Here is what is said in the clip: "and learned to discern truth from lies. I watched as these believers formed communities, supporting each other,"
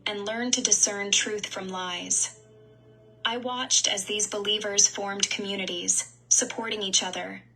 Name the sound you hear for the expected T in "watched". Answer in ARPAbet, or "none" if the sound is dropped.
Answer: T